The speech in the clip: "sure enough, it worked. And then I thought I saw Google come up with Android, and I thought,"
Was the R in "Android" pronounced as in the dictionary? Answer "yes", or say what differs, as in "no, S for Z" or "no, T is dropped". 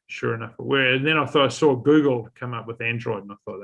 yes